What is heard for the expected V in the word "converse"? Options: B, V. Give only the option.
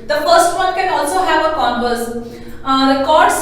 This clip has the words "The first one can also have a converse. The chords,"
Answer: B